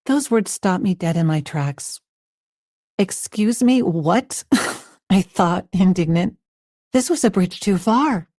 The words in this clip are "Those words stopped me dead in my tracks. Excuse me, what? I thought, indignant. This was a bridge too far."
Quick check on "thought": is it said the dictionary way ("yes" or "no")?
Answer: yes